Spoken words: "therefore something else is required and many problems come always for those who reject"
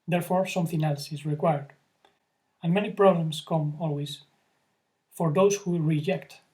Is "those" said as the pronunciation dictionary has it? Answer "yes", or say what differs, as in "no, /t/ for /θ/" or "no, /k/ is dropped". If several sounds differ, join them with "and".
no, /s/ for /z/